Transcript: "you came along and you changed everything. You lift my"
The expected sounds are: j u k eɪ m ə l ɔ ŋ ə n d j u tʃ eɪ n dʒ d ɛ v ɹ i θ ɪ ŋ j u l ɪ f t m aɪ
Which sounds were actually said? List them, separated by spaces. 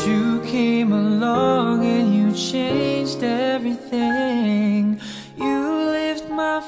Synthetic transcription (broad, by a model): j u k eɪ m ə l ɔ ŋ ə n j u tʃ eɪ n dʒ d ɛ v ɹ i θ ɪ ŋ j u l ɪ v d m aɪ